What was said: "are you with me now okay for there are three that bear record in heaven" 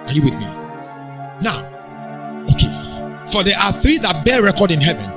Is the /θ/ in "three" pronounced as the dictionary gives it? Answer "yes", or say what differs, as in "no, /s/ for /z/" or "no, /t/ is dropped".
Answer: yes